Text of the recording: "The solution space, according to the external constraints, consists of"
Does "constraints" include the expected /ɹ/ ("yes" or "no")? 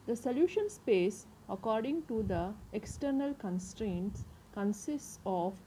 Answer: yes